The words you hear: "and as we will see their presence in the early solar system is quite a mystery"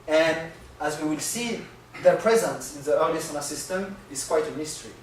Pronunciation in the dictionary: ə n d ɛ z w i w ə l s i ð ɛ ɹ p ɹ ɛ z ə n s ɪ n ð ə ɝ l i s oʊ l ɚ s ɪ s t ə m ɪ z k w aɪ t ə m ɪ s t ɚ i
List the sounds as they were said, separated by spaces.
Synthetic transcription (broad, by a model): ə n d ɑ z w i w ə l s i ð ɛ ɹ p ɹ ɛ z ə n s ɪ n ð ə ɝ l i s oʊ n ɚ s ɪ s t ə m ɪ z k w aɪ t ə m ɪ s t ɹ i